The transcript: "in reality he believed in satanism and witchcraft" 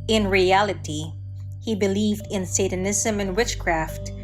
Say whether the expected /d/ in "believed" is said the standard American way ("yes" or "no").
yes